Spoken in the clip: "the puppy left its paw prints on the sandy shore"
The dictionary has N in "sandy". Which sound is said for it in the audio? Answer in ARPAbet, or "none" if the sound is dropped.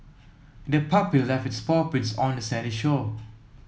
none